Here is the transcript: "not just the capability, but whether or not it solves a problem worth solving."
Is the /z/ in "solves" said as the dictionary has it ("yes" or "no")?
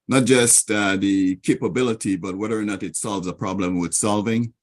yes